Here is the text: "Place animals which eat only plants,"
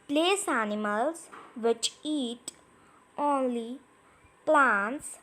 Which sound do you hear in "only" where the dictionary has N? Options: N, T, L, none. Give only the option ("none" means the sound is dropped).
N